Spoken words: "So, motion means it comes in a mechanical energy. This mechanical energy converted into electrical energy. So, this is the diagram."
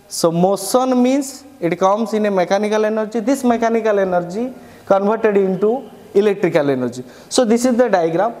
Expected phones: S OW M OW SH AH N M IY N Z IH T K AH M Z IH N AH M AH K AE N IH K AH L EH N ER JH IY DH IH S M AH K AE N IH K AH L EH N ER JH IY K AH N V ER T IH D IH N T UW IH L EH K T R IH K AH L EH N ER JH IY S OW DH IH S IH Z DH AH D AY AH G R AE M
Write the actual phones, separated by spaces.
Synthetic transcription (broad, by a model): S OW M OW S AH N M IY N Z IH T K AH M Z IH N AH M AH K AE N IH K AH L EH N ER JH IY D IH S M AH K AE N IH K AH L EH N ER JH IY K AH N V ER T IH D IH N T UW IH L EH K T R IH K AH L EH N ER JH IY S OW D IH S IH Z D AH D AY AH G R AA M